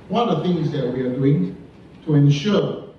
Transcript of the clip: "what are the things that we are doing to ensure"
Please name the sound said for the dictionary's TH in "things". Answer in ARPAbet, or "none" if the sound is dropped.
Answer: TH